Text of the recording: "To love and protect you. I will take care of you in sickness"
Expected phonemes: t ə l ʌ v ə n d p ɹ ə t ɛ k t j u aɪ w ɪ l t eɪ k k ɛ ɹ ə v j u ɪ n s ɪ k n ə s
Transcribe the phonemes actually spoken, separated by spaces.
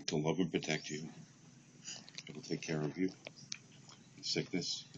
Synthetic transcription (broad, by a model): t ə l ʌ v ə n p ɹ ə t ɛ k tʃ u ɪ l t eɪ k k ɛ ɹ ə v j u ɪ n s ɪ k n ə s